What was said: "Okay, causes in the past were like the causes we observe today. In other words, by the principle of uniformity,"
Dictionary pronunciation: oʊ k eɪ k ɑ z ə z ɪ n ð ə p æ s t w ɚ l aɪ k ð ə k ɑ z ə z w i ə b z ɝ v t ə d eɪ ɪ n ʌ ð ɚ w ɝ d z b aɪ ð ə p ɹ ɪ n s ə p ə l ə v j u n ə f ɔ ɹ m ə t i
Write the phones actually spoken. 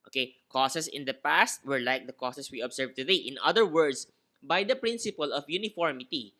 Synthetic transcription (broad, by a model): oʊ k eɪ k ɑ s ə s ɪ n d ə p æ s t w ɚ l aɪ k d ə k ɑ s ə s w i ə b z ɝ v t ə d eɪ ɪ n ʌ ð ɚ w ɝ d s b aɪ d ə p ɹ ɪ n s ə p ə l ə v j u n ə f ɔ ɹ m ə t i